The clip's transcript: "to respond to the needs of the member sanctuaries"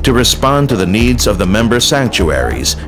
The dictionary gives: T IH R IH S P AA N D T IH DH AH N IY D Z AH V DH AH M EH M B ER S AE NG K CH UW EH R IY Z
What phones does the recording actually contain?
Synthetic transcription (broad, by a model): T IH R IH S P AA N T IH DH AH N IY D Z AH V DH AH M EH M B ER S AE NG K CH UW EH R IY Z